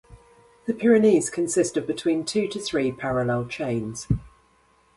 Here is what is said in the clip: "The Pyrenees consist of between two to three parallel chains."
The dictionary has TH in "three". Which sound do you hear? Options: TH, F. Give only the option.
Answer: TH